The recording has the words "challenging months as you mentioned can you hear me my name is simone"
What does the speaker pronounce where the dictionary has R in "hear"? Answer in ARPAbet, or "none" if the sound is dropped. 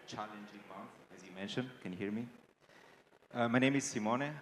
R